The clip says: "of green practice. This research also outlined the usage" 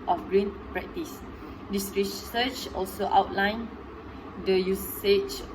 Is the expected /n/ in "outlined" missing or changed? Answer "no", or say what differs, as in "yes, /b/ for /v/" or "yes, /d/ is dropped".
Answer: no